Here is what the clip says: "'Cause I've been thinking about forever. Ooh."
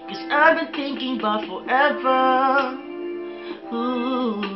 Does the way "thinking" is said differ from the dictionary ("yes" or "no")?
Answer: no